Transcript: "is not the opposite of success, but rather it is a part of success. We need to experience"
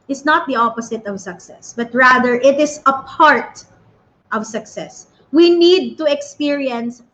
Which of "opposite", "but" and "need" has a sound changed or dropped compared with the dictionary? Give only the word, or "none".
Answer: opposite